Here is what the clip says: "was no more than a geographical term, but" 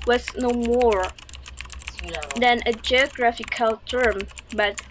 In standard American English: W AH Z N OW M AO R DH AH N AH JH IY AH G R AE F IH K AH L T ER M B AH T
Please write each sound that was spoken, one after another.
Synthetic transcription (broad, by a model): W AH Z N OW M AO R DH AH N AH JH IY AH G R AE F IH K AH L T ER M B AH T